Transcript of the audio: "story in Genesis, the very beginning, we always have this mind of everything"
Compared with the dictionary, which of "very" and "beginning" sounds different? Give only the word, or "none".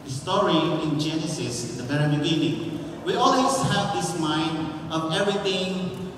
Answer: very